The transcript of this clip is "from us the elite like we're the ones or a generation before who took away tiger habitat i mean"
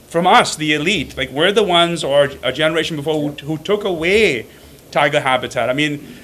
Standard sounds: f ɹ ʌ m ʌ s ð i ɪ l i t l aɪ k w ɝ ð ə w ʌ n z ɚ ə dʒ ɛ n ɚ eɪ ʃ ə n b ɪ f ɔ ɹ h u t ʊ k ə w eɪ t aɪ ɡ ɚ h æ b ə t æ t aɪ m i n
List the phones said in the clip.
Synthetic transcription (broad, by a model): f ɹ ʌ m ʌ s ð i ɪ l i t l aɪ k w ɝ ð ə w ʌ n z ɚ ə dʒ ɛ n ɚ eɪ ʃ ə n b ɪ f ɔ ɹ h u t ʊ k ə w eɪ t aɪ ɡ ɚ h æ b ə t æ t aɪ m i n